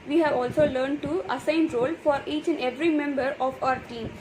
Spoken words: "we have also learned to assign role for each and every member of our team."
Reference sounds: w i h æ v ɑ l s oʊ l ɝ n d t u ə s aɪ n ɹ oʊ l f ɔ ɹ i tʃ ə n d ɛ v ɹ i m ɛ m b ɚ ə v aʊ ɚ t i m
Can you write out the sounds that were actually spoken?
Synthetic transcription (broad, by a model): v i h æ v ɑ l s oʊ l ɝ n d t u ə s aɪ n ɹ oʊ l f ɔ ɹ i tʃ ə n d ɛ v ɹ i m ɛ m b ɚ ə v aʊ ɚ t i m